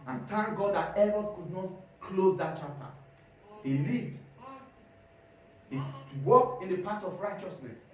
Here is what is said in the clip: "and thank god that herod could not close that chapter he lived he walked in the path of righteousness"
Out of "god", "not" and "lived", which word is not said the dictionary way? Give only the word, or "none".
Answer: lived